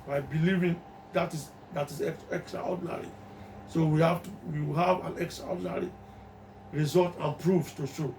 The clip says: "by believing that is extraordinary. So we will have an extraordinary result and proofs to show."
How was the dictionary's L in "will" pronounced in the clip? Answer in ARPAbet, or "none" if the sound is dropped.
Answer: W